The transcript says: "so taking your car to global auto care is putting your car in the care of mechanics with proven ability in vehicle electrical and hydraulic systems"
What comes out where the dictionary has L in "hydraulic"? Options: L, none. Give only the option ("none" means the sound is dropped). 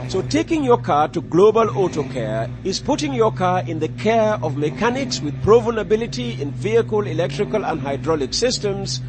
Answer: L